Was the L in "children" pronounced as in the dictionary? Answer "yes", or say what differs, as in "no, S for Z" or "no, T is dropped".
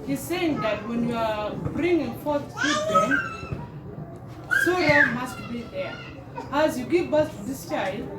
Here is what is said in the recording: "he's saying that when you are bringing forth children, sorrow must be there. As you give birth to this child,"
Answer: no, L is dropped